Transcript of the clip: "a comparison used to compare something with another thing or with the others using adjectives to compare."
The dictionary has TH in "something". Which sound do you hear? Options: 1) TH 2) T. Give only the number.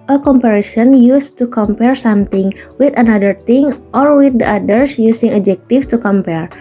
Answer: 2